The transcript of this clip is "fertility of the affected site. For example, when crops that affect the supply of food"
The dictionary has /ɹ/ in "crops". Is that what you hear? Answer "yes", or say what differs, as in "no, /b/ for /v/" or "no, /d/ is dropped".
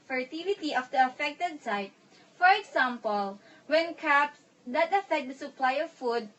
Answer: no, /ɹ/ is dropped